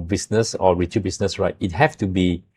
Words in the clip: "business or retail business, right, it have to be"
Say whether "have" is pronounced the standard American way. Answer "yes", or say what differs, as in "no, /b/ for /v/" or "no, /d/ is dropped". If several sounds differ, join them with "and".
no, /f/ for /v/